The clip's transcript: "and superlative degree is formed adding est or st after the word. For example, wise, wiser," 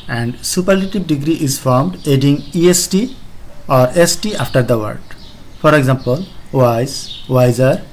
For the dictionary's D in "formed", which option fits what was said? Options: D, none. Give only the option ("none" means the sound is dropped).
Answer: D